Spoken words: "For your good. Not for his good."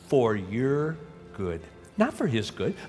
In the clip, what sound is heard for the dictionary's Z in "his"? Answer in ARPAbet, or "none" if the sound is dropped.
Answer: Z